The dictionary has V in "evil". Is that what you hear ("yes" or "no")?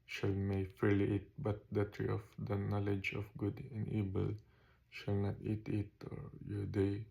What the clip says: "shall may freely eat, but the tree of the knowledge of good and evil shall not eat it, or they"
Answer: no